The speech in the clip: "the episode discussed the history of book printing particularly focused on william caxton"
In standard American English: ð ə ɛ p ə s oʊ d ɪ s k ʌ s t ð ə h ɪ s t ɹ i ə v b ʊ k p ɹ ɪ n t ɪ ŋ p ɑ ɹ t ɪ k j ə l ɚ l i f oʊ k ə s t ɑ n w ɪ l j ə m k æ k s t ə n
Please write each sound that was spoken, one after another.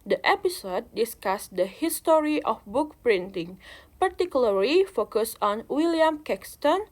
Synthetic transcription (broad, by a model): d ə ɛ p ə s oʊ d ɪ s k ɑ s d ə h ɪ s t ɹ i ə f b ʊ k p ɹ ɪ n t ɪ ŋ p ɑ ɹ t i k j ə l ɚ l i f oʊ k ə s ɑ n w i l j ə m k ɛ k s t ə n